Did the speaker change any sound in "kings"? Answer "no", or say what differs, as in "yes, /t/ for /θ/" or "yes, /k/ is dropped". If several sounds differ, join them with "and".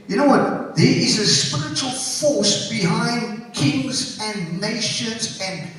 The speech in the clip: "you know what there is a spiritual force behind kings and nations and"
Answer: no